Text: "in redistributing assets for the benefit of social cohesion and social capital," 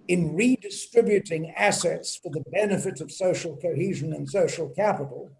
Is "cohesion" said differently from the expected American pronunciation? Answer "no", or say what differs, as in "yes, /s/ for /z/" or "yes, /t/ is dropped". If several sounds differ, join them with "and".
no